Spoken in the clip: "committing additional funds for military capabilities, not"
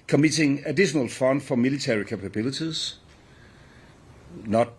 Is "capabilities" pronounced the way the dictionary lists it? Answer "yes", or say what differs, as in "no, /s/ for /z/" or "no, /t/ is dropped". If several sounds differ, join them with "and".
no, /s/ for /t/